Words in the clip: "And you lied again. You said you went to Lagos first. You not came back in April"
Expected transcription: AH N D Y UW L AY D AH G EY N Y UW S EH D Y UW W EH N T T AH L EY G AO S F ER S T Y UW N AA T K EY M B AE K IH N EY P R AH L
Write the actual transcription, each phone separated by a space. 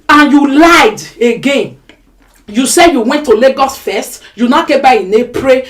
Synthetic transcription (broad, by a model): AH N Y UW L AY D AH G EY N Y UW S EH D Y UW W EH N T T AH L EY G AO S F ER S T Y UW N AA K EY B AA IH N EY P R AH